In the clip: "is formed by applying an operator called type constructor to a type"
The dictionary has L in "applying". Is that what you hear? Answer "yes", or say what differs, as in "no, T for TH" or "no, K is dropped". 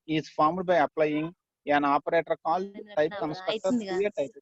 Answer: yes